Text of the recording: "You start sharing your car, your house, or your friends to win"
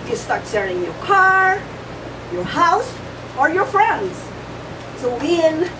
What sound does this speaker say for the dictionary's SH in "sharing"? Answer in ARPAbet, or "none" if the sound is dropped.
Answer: S